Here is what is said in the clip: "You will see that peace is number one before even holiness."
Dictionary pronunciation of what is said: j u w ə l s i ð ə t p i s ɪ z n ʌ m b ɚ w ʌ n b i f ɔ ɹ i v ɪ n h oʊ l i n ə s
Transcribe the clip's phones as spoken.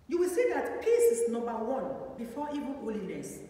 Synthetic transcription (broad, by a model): j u w ə l s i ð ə t p i s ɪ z n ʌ m b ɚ w ʌ n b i f ɔ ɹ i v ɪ l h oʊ l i n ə s